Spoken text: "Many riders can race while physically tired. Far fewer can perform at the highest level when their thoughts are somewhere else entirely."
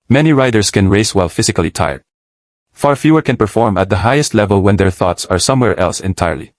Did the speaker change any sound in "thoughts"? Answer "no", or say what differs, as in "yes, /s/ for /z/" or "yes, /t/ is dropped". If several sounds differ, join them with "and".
no